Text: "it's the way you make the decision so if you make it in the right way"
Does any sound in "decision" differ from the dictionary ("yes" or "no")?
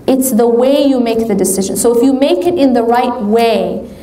no